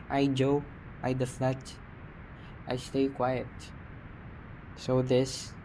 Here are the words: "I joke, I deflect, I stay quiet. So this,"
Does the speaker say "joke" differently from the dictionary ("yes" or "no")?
yes